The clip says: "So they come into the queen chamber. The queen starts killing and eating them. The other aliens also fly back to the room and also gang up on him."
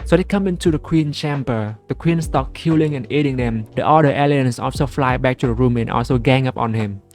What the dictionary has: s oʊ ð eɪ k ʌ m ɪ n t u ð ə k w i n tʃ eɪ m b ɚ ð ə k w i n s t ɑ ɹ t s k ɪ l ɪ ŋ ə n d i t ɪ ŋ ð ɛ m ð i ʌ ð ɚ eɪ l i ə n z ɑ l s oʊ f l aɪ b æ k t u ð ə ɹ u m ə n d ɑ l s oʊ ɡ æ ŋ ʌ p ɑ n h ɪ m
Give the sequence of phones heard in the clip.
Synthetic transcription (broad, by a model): s oʊ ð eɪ k ʌ m ɪ n t u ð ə k w i n tʃ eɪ m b ɚ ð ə k w i n s t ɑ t k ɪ l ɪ ŋ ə n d i t ɪ ŋ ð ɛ m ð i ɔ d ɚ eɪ l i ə n s ɑ l s oʊ f l aɪ b æ k t u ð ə ɹ u m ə n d ɑ l s oʊ ɡ æ ŋ ʌ p ɑ n h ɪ m